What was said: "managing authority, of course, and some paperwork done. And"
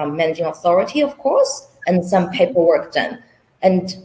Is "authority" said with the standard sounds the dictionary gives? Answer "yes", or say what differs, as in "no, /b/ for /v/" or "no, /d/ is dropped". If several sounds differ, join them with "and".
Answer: yes